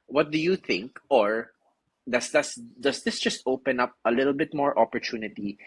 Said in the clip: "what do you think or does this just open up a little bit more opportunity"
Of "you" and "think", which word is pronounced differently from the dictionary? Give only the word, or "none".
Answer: none